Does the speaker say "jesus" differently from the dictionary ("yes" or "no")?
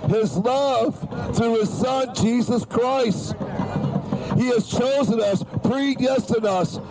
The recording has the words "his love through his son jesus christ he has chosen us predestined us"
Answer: no